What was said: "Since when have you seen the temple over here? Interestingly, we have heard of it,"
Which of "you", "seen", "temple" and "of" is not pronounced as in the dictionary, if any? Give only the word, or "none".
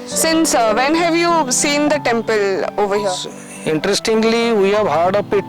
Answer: of